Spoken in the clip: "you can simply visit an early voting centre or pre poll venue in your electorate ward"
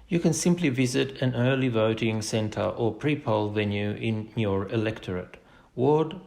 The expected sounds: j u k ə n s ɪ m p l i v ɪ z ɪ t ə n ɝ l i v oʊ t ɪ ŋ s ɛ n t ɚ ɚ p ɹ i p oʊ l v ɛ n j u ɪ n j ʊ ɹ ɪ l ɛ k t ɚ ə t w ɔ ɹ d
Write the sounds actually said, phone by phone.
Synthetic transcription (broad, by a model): j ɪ k ə n s ɪ m p l i v ɪ z ɪ t ə n ɝ l i v oʊ t ɪ ŋ s ɛ n t ɚ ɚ p ɹ i p oʊ l v ɛ n j u ɪ n j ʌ ɹ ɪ l ɛ k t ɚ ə t w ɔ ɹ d